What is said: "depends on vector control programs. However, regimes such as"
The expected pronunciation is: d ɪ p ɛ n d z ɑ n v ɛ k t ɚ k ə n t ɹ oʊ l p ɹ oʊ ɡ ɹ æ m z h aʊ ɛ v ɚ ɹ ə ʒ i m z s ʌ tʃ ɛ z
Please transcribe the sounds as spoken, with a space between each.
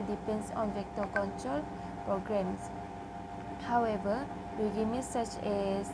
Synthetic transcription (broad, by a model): d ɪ p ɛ n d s ɑ n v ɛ k t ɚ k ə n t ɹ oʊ l p ɹ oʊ ɡ ɹ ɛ m s h aʊ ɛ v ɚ w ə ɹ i m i s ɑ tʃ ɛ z